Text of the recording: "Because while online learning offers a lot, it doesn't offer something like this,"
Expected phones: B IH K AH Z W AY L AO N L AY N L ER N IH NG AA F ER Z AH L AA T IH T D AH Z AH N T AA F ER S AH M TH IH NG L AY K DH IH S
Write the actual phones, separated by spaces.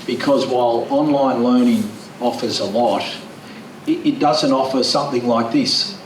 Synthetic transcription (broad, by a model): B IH K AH Z W AY L AO N L AY N L ER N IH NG AA F ER Z AH L AA T IH T D AH Z AH N T AA F ER S AH M TH IH NG L AY K DH IH S